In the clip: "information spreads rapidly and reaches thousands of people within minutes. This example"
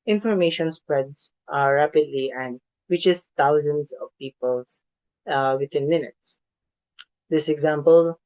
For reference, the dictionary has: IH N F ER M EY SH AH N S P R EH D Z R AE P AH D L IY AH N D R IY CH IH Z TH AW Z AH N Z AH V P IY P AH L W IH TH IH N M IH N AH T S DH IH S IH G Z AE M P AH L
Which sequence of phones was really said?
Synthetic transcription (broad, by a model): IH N F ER M EY SH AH N S P R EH D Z R AE P AH D L IY AH N D W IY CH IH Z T AW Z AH N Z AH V P IY P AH L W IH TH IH N M IH N AH T S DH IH S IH G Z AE M P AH L